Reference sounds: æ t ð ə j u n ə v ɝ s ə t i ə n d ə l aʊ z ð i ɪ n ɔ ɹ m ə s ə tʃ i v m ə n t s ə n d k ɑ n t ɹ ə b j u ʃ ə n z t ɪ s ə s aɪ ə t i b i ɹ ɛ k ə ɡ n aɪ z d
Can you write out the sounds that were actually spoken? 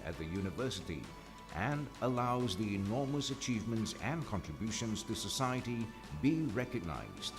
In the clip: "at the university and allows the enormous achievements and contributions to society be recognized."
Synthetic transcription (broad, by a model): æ t ð ə j u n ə v ɝ s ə t i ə n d ə l aʊ z ð i ɪ n ɔ ɹ m ə s ə tʃ i v m ə n t s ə n k ɑ n t ɹ ə b j u ʃ ə n z t ɪ s ə s aɪ ə t i b i ɹ ɛ k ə ɡ n aɪ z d